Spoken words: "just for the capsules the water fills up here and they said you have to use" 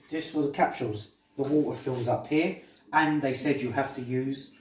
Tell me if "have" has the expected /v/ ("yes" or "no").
no